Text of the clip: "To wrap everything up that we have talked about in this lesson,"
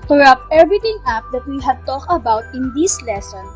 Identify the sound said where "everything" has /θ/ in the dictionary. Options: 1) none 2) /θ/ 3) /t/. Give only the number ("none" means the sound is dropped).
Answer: 3